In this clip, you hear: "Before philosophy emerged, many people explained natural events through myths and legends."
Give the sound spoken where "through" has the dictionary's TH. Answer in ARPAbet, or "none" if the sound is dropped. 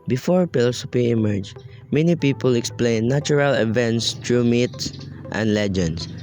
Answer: T